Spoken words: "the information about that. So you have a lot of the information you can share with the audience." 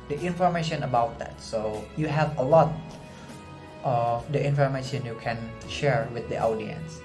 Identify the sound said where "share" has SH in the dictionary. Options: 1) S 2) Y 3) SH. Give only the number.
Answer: 3